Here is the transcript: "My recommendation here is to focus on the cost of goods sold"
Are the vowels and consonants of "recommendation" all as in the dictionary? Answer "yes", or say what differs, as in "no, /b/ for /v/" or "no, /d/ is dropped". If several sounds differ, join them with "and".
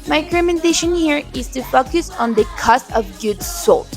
no, /k/ is dropped